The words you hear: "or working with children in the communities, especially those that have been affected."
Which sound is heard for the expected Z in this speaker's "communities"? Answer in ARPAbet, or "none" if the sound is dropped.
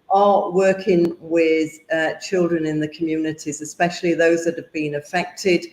Z